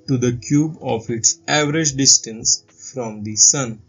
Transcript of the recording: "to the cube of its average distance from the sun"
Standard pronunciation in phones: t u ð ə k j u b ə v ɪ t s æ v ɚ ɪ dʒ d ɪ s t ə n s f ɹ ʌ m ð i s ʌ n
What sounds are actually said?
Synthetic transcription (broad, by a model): t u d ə k j u b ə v ɪ t s æ v ɚ ɪ dʒ d ɪ s t ə n s f ɹ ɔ m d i s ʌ n